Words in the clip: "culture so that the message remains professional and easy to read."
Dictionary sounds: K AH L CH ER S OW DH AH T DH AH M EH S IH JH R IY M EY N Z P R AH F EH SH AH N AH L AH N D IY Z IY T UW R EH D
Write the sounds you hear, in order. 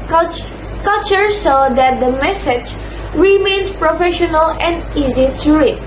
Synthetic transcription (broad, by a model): K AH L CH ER S OW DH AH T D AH M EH S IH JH R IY M EY N S P R AH F EH SH AH N AH L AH N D IY Z IY T UW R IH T